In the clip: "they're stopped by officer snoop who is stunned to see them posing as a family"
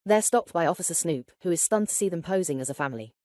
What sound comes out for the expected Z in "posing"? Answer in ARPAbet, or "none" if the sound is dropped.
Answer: Z